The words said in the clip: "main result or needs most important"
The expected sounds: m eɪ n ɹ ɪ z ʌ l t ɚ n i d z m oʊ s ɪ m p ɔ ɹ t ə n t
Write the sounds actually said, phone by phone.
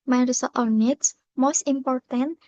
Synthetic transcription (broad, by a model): m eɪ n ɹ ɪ s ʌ t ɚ n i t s m oʊ s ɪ m p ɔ ɹ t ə n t